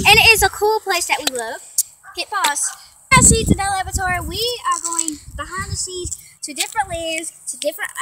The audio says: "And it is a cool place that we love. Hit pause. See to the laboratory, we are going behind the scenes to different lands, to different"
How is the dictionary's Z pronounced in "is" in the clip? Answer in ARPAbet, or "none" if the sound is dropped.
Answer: Z